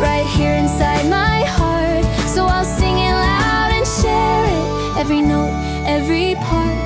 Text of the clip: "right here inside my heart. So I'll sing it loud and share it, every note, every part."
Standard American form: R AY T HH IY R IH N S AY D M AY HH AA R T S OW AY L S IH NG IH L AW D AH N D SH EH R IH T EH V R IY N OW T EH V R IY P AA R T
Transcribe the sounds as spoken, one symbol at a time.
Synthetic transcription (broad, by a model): R AY T HH IY R IH N S AY D M AY HH AA R T S OW AY L S IH NG IH L AW D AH N SH EH R IH T EH V R IY N OW T EH V R IY P AA R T